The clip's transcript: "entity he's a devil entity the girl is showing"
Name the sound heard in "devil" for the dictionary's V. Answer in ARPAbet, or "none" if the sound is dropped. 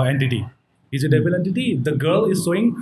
B